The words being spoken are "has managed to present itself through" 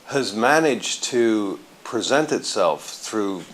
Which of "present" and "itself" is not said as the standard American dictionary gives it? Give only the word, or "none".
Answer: none